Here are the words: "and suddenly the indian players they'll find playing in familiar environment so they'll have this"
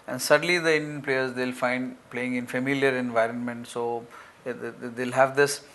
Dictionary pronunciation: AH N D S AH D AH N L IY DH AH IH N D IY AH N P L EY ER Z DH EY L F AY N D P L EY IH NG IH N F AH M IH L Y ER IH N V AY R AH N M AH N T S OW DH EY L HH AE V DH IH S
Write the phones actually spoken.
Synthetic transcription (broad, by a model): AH N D S AH D AH N L IY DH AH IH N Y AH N P L EY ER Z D EY L F AY N D P L EY IH NG IH N F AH M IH L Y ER IH N V AY R AH N M AH N T S OW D EY L HH AE V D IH S